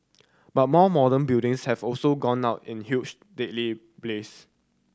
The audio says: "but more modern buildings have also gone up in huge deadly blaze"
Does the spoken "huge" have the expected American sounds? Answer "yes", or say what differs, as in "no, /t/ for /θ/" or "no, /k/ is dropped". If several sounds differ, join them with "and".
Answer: no, /tʃ/ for /dʒ/